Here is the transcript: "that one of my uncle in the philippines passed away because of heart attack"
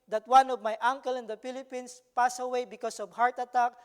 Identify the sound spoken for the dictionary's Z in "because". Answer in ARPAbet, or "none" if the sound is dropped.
S